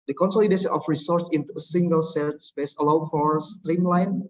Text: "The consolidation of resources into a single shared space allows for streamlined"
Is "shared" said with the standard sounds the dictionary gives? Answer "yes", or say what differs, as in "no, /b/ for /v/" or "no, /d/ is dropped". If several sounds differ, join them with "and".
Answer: no, /s/ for /ʃ/